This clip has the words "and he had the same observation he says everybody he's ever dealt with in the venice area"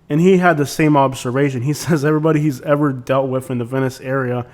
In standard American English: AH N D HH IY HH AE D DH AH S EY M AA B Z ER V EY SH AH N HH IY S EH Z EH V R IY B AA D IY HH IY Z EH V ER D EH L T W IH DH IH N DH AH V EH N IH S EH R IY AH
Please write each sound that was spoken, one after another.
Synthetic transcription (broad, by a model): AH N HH IY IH D DH AH S EY M AA B Z ER V EY SH AH N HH IY S EH Z EH V R IY B AA D IY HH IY Z EH V ER D EH L T W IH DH IH N DH AH V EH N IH S EH R IY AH